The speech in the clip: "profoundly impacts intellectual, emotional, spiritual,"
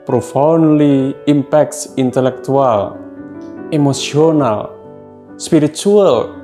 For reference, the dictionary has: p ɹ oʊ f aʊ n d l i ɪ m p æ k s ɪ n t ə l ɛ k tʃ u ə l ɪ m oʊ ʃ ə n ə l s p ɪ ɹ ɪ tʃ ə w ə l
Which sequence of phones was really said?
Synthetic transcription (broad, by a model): p ɹ oʊ f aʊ n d l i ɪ m p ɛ k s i n t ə l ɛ k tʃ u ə l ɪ m oʊ s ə n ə l s p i ɹ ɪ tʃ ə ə l